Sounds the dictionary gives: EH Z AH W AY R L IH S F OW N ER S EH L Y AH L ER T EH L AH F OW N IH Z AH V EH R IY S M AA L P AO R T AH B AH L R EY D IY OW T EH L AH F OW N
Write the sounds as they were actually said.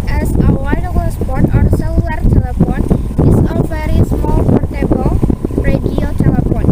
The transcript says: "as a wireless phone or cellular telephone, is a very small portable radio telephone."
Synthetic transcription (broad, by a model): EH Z AH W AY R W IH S P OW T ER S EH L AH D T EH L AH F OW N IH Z AH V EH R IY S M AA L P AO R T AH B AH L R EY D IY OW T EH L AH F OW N